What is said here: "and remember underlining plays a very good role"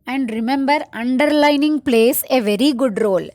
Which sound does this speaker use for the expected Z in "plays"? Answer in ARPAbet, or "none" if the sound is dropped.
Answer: S